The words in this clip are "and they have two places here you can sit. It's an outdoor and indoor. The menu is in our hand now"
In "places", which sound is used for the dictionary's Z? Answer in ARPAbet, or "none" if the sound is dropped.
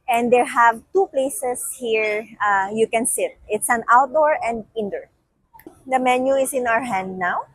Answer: S